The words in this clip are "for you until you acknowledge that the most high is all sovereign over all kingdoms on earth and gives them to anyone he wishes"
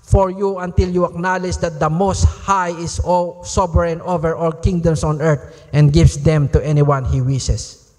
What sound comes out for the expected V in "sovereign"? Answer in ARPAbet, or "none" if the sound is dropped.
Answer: none